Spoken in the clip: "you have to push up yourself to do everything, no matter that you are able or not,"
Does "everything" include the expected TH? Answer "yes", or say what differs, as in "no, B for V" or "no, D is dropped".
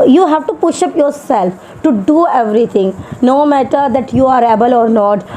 no, T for TH